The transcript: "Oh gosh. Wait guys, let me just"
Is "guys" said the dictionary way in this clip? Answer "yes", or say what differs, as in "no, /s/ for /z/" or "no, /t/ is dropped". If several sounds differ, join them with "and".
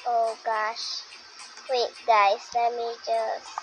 no, /s/ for /z/